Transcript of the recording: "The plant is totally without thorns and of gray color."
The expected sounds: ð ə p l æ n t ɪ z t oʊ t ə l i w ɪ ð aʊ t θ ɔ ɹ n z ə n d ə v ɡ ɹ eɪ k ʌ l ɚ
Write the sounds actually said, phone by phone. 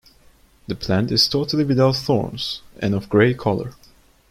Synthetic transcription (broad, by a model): ð ə p l æ n t ɪ z t oʊ t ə l i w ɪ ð aʊ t θ ɔ ɹ n z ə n ə v ɡ ɹ eɪ k ʌ l ɚ